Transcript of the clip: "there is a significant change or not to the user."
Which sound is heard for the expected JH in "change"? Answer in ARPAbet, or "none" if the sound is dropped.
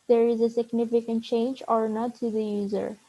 JH